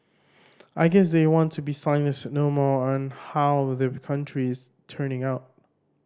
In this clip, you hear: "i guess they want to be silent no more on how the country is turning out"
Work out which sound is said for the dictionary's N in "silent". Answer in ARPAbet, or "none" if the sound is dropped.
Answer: none